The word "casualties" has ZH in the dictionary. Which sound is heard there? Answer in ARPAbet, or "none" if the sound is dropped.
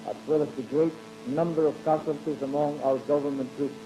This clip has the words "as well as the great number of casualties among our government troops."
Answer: S